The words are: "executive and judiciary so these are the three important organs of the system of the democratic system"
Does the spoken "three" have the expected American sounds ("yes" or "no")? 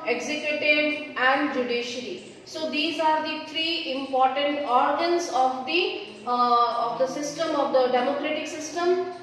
no